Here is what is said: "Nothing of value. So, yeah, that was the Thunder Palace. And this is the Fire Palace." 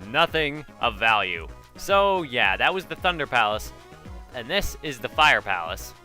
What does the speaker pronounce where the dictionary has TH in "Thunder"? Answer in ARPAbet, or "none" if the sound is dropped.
TH